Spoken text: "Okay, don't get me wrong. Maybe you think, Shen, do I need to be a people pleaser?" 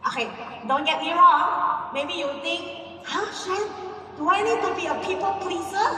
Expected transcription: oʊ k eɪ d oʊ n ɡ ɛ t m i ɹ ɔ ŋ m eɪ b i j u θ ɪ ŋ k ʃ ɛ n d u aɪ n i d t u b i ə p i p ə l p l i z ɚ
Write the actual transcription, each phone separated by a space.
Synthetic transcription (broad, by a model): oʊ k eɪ d oʊ n ɡ ɛ t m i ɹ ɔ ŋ m eɪ b i j u t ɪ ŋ k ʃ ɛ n d u aɪ n i d t u b i ə p i p ə l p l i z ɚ